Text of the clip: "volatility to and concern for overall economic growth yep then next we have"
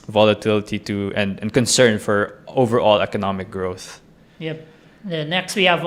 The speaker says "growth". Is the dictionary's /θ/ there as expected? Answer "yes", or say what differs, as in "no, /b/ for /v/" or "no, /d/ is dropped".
yes